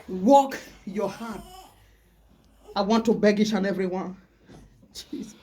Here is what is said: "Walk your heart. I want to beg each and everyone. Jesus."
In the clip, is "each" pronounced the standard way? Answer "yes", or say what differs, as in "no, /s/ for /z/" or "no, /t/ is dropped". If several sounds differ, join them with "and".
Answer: no, /ʃ/ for /tʃ/